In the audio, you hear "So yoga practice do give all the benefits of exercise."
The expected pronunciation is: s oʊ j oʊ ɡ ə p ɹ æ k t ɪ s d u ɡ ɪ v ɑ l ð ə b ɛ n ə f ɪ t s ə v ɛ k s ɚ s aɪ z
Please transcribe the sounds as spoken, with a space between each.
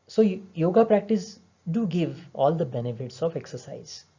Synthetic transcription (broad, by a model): s oʊ j oʊ ɡ ə p ɹ æ k t ɪ s d u ɡ ɪ v ɑ l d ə b ɛ n ə f ɪ t s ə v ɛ k s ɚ s aɪ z